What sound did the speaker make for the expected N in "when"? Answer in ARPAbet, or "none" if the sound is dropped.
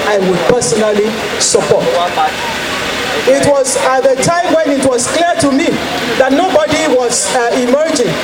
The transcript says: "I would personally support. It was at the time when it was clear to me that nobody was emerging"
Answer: N